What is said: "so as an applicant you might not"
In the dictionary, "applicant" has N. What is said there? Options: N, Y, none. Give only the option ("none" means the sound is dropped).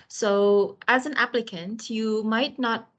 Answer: N